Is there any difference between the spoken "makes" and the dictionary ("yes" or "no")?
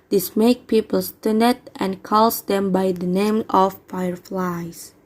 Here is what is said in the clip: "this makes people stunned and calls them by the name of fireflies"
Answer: yes